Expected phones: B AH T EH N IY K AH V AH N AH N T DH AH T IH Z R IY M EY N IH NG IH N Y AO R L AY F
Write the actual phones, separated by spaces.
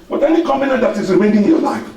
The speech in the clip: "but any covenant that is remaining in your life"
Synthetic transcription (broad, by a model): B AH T EH N IY K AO B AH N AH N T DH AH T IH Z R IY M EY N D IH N Y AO L AY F